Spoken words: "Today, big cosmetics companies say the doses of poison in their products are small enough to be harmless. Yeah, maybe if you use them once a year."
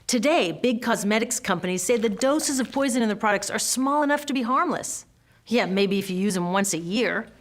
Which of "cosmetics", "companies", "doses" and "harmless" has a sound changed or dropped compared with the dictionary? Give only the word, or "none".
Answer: none